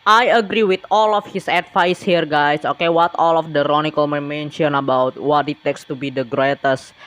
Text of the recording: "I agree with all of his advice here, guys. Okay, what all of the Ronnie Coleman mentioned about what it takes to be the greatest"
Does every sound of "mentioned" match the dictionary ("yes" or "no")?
no